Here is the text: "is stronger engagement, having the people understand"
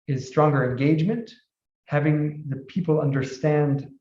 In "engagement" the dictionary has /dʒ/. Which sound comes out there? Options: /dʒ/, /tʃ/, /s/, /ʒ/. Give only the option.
/dʒ/